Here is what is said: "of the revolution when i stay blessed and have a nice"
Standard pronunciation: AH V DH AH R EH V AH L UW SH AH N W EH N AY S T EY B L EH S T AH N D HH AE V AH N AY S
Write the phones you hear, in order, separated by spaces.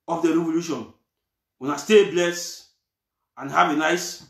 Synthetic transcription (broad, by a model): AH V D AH R EH V AH L UW SH AH N W EH N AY S T EY B L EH S AH N HH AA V AH N AY S